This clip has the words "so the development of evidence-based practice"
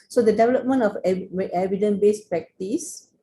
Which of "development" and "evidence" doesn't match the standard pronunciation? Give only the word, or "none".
evidence